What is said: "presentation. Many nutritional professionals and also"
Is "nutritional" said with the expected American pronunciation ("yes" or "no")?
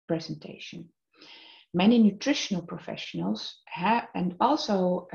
yes